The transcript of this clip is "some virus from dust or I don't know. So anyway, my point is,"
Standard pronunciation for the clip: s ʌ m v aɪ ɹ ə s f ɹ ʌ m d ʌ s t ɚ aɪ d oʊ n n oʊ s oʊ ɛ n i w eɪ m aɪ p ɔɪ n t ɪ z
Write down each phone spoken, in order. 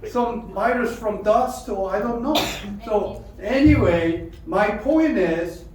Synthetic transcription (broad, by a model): s ʌ m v aɪ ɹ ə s f ɹ ʌ m d ʌ s t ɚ aɪ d oʊ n n oʊ s oʊ ɛ n i w eɪ m aɪ p ɔɪ n t ɪ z